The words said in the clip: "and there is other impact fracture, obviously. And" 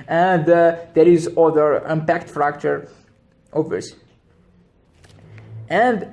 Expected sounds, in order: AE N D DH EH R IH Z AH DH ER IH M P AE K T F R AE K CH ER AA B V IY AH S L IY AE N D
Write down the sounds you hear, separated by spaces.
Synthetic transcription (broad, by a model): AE N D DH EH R IH Z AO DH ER IH M P AE K T F R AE K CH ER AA V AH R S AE N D